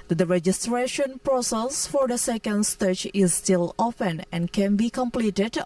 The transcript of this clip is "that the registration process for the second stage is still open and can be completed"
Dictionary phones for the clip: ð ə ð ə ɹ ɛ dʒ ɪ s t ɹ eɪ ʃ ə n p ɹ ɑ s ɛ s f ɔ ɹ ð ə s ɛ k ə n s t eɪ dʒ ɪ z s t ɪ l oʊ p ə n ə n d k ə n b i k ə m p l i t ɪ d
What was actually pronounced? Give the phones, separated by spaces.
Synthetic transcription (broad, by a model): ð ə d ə ɹ ɛ dʒ ɪ s t ɹ eɪ ʃ ə n p ɹ ɑ s ɛ s f ɔ ɹ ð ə s ɛ k ə n s t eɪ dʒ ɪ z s t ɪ l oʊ f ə n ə n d k ə n b i k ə m p l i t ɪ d